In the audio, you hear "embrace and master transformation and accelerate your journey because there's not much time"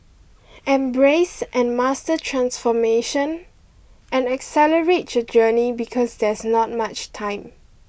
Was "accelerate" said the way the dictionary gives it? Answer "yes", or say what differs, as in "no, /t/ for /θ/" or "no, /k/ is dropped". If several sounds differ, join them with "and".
yes